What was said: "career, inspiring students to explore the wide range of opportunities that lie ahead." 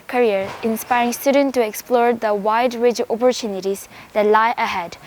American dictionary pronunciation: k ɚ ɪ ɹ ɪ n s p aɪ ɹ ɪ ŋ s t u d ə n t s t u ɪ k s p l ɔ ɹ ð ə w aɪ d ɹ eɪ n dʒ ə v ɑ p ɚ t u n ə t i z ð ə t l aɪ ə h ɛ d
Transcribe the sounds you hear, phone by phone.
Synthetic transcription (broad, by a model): k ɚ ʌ ɹ ɪ n s p aɪ ɹ ɪ ŋ s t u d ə n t t u ɪ k s p l ɔ ɹ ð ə w aɪ d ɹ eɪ dʒ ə p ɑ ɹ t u n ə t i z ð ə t l aɪ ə h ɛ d